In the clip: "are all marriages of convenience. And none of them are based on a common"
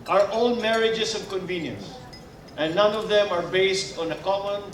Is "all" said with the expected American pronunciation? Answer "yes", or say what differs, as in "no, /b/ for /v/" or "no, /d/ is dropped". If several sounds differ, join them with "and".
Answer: no, /n/ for /l/